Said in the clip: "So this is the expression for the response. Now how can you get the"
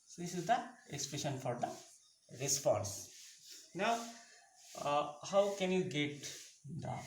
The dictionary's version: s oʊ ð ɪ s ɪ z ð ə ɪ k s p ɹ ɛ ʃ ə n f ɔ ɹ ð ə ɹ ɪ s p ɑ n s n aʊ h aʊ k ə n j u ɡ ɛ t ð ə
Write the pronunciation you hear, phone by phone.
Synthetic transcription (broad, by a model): s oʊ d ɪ s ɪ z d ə ɪ k s p ɹ ɛ ʃ ə n f ɔ ɹ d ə ɹ ɪ s p ɑ n s n aʊ h aʊ k ə n j u ɡ ɛ t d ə